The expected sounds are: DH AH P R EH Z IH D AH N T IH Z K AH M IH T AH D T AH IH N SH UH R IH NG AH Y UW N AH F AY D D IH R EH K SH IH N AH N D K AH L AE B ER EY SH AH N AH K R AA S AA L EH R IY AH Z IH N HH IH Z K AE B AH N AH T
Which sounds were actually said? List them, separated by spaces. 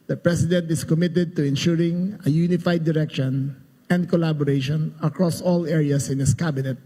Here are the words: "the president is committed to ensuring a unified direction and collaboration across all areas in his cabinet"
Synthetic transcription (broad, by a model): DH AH P R EH S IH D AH N T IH S K AH M IH T AH D T AH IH N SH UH R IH NG AH Y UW N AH F AY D D IH R EH K SH IH N AH N D K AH L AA B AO EY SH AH N AH K R AA S AA L EH R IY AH S IH N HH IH S K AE B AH N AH T